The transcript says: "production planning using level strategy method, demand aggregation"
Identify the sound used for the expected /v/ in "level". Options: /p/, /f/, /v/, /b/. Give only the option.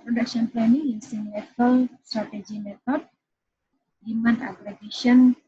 /p/